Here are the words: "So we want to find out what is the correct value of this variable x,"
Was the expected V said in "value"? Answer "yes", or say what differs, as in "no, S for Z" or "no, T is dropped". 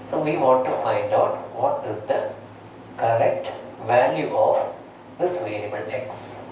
yes